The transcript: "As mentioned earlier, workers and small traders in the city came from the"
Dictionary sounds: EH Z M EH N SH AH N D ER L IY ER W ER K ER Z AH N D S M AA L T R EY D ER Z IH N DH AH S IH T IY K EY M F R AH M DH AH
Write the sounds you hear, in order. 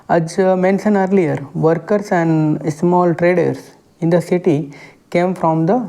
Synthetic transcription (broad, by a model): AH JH M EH N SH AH N ER L IY ER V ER K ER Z AH N D S M AA L T R EY D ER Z IH N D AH S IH T IY K EY M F R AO M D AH